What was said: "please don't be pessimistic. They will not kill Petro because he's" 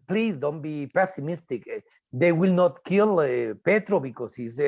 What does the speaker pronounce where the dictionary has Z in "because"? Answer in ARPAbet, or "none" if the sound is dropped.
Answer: S